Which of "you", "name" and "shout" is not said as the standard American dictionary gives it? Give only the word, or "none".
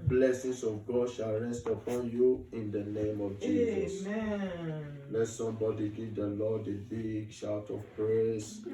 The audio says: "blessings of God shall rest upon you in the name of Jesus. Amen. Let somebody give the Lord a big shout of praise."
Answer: none